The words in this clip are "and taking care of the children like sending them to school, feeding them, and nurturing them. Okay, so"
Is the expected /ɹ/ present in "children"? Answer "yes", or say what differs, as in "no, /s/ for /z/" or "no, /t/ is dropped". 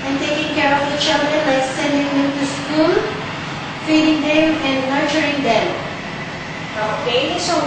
no, /ɹ/ is dropped